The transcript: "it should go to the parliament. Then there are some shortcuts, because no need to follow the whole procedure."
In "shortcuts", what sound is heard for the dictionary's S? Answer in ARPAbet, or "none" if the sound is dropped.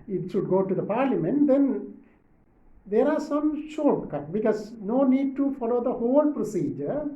none